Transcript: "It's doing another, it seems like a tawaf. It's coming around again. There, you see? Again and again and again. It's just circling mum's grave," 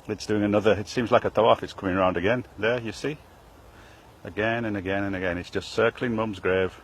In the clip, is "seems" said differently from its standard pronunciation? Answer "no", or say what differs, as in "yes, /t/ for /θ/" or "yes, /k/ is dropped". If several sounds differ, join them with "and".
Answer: no